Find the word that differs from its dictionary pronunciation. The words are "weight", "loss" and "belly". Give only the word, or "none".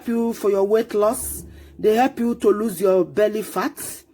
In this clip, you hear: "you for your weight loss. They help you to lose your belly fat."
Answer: none